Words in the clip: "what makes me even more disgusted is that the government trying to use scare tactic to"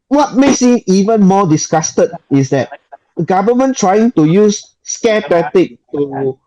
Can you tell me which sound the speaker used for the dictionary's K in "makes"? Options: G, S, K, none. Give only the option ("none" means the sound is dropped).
none